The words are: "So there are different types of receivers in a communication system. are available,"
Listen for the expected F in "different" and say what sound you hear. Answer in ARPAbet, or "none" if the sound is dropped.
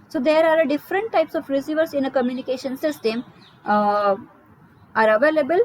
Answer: F